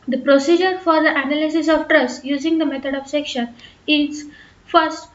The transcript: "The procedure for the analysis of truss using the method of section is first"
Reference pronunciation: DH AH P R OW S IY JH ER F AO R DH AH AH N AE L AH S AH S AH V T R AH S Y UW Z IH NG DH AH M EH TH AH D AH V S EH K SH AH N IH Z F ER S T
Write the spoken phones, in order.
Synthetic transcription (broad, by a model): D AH P R OW S IY JH ER F AO R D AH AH N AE L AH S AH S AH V T R AH S Y UW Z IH NG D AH M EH T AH D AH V S EH K SH AH N IH Z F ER S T